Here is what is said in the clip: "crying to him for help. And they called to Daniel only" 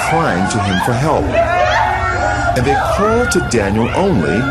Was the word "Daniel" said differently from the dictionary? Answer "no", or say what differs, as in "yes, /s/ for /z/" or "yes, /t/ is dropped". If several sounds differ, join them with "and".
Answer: no